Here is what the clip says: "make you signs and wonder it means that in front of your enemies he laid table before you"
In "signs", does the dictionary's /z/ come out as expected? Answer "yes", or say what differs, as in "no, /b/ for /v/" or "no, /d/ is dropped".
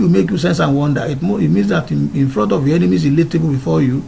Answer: no, /s/ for /z/